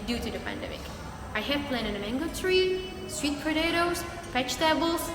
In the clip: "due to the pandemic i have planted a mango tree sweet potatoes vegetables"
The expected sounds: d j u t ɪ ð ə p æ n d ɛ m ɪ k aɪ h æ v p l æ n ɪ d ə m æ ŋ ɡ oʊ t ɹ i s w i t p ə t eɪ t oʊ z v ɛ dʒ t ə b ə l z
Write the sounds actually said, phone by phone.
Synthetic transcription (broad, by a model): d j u t ɪ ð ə p æ n d ɛ m ɪ k aɪ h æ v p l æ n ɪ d ə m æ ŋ ɡ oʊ t ɹ i s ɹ i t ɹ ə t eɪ t oʊ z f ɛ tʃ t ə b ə l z